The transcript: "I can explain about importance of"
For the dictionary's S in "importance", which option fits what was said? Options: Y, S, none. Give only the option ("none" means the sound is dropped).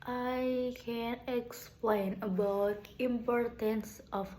S